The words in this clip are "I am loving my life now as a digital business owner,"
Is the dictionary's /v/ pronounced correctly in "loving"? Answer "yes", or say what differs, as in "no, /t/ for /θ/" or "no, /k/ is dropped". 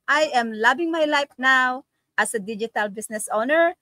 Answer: no, /b/ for /v/